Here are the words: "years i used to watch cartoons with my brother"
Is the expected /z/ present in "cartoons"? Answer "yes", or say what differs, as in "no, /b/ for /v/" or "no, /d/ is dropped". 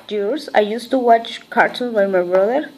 no, /z/ is dropped